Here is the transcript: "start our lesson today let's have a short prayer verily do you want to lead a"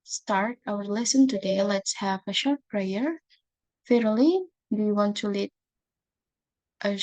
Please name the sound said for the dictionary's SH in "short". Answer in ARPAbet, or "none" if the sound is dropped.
SH